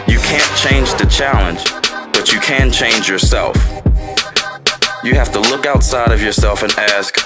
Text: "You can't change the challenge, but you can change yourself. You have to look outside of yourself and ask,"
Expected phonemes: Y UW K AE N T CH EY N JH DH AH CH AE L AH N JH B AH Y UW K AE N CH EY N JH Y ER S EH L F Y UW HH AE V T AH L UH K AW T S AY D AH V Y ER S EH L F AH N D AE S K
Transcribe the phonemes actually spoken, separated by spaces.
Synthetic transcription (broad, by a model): Y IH K AE N CH EY N JH DH AH CH AE L AH N JH B AH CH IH K AE N CH EY N JH Y ER S EH L F Y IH HH AE F T AH L UH K AW T S AY D AH V Y ER S EH L F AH N AE S K